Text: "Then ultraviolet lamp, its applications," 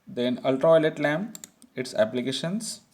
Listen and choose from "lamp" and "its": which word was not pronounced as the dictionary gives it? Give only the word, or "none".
lamp